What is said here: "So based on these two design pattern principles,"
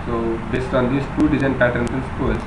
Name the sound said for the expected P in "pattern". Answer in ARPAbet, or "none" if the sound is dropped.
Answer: P